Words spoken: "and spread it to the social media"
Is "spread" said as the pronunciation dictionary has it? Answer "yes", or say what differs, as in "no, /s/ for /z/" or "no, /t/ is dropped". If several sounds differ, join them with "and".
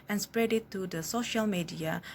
yes